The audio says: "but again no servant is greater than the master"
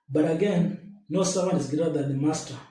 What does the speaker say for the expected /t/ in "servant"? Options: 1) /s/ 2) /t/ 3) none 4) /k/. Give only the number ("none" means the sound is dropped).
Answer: 3